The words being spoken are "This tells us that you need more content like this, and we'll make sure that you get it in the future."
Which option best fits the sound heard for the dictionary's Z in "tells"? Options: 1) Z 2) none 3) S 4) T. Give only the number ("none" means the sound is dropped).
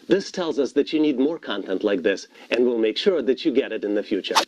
1